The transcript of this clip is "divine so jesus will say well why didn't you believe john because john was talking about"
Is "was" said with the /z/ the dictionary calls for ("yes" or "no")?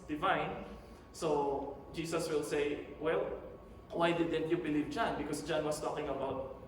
no